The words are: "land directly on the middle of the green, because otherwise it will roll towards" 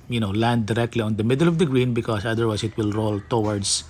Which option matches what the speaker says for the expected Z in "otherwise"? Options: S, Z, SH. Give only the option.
S